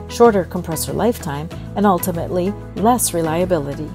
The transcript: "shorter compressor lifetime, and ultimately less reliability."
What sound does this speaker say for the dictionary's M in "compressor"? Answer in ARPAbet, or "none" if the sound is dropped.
M